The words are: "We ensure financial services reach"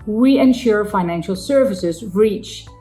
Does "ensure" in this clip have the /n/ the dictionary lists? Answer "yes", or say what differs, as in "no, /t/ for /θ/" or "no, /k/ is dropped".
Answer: yes